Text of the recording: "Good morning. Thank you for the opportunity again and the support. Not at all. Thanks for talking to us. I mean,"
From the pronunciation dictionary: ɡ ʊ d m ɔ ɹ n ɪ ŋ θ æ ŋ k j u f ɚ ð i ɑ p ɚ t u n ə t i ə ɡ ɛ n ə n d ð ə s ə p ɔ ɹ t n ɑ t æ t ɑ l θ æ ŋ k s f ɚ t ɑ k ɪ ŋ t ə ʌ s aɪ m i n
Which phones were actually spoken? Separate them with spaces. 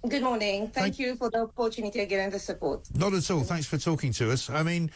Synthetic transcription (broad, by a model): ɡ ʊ d m ɔ ɹ n ɪ ŋ θ æ ŋ k j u f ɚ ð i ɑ p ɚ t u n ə t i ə ɡ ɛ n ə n ð ə s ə p ɔ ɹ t n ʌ t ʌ t ɑ l θ æ ŋ k s f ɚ t ɑ k ɪ ŋ t ə ʌ s aɪ m i n